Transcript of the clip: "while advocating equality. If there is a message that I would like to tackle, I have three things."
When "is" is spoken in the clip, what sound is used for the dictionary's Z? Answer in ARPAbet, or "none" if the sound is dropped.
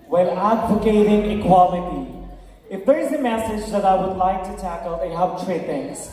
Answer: Z